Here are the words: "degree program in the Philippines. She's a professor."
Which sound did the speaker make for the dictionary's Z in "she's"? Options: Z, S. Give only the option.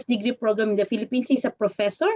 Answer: S